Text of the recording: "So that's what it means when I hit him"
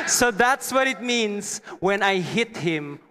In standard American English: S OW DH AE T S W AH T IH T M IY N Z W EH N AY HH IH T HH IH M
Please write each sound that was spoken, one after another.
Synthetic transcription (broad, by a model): S OW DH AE T S W AH T IH T M IY N S W EH N AY HH IH T HH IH M